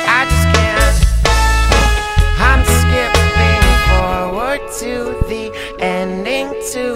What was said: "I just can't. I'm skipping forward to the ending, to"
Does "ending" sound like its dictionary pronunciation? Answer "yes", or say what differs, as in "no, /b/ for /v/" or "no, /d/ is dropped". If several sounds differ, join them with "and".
yes